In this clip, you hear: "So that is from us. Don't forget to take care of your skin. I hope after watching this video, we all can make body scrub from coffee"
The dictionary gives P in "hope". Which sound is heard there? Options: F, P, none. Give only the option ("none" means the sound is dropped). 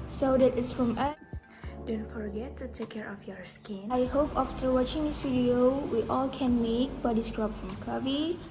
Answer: P